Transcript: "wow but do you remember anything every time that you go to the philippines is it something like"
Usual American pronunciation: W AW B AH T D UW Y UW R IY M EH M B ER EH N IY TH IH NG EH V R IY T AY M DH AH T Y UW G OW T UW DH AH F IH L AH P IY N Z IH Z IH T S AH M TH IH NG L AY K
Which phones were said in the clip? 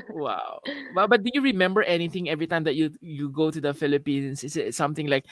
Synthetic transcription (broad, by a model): W AW B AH T D UW Y UW R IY M EH M B ER EH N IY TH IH NG EH V R IY T AY M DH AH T Y UW G OW T UW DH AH F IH L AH P IY N S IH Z IH T S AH M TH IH NG L AY K